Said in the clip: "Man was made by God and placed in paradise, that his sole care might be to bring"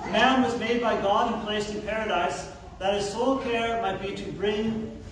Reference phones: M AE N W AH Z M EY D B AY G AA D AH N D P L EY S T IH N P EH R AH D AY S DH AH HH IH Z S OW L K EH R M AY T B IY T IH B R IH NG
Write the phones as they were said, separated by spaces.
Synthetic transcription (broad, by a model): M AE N W AH Z M EY D B AY G AA D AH N P L EY S T IH N P EH R AH D AY S DH AH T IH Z S OW L K EH R M AY T B IY T IH B R IH NG